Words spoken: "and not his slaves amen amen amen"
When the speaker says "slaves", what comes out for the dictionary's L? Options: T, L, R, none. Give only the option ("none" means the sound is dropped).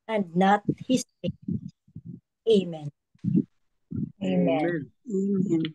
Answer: none